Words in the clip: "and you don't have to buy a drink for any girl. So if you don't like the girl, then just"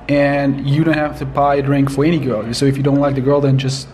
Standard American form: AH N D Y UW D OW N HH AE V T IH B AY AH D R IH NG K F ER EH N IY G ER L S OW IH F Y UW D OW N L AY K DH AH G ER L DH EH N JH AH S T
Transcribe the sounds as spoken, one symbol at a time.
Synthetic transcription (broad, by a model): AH N Y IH D OW N HH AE F T IH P AY AH D R IH NG K F ER EH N IY G ER L S OW IH F Y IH D OW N L AY K DH AH G ER L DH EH N JH AH S T